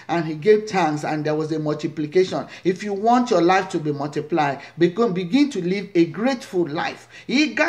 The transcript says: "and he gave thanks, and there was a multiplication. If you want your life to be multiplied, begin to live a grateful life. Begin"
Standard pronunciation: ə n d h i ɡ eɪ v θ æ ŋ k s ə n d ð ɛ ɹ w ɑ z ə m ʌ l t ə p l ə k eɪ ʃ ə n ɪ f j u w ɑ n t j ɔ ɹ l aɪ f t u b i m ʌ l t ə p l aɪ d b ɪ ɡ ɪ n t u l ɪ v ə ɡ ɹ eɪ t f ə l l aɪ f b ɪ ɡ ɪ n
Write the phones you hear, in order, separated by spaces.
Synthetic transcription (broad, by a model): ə n h i ɡ eɪ v t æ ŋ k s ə n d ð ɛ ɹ w ɑ z ə m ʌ l t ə p l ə k eɪ ʃ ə n ɪ f j u w ɑ n t j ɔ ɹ l aɪ f t u b i m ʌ l t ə p l aɪ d b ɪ ɡ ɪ n t u l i v ə ɡ ɹ eɪ t f ə l l aɪ f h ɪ ɡ